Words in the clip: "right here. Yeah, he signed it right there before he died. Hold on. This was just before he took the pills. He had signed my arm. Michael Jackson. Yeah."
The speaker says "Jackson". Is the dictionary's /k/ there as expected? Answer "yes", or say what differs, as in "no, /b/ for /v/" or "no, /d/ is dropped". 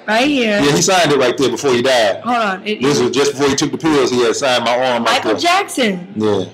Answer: yes